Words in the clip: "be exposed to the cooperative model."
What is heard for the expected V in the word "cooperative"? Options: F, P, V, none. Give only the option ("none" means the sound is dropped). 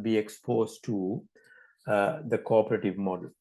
V